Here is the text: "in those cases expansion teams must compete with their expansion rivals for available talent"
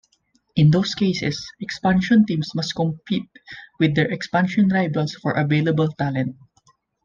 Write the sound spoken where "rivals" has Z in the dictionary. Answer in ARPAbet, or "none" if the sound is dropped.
S